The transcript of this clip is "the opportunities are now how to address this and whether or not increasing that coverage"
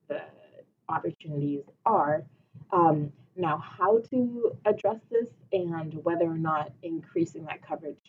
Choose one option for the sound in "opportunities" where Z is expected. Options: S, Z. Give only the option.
Z